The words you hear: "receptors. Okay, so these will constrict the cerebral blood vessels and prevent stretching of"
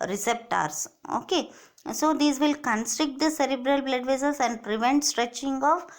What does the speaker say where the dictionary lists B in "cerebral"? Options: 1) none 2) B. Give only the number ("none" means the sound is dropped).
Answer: 2